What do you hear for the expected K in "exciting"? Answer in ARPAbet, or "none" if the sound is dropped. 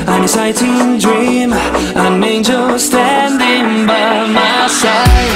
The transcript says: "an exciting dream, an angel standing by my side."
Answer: none